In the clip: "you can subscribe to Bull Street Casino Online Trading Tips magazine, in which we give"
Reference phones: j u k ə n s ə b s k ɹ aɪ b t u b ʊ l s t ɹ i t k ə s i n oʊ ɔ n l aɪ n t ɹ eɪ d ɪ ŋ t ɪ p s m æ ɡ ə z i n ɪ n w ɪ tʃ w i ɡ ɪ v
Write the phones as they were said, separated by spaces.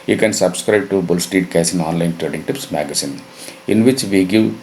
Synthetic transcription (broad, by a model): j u k ə n s ə b s k ɹ aɪ b t u b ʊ l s t i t k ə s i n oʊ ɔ n l aɪ n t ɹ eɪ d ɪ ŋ t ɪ p s m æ ɡ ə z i n ɪ n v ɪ tʃ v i ɡ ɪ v